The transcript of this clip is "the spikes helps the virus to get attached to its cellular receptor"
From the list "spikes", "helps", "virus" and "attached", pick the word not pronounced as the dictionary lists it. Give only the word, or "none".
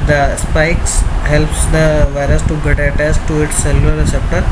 attached